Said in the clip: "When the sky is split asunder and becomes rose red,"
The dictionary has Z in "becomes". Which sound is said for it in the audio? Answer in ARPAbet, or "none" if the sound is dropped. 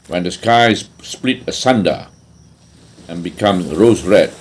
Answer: none